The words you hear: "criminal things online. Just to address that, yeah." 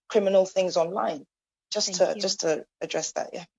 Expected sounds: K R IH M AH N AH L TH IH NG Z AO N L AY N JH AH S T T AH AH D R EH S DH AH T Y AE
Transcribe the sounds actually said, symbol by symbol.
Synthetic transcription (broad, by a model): K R IH M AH N AH L TH IH NG Z AO N L AY N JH AH S T T AH AH D R EH S DH AH T Y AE